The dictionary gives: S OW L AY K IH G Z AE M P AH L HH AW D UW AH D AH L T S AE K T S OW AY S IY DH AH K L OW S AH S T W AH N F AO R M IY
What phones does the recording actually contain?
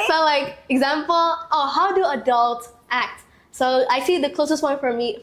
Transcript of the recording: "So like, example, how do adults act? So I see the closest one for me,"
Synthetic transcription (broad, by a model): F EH L AY K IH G Z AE M P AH L HH AW D UW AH D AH L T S AE K T S OW AY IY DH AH K L OW S AH S T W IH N F AO R M IY